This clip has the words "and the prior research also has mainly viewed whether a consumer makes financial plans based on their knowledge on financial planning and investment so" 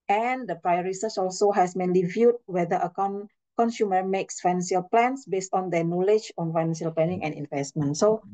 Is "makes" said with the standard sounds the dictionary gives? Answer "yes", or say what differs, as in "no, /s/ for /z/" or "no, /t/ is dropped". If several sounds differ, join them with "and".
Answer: yes